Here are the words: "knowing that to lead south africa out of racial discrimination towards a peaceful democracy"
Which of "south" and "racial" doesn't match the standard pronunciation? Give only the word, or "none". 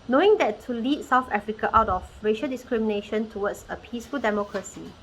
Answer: none